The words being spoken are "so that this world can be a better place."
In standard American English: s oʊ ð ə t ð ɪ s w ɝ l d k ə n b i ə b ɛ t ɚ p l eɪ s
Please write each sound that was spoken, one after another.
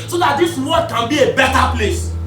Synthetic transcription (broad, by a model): s oʊ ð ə t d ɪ s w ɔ d k ə n b i ə b ɛ t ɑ p l eɪ s